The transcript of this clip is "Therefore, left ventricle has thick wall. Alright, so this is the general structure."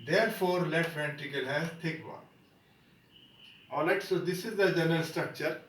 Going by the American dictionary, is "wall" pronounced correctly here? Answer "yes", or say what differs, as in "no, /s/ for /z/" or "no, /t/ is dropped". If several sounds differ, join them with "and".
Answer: no, /n/ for /l/